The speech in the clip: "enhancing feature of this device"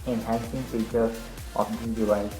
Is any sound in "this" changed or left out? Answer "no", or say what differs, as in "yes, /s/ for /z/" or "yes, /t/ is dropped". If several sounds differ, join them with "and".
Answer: yes, /s/ is dropped